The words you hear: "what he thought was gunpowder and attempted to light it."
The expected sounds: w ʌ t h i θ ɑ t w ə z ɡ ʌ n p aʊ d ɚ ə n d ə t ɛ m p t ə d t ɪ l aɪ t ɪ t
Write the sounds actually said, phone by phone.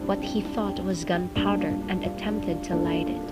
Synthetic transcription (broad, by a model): w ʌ t h i θ ɑ t w ə z ɡ ʌ n p aʊ d ɚ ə n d ə t ɛ m p t ə d t ɪ l aɪ t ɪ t